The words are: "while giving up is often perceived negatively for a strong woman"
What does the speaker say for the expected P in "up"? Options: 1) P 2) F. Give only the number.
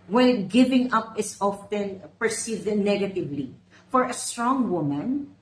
1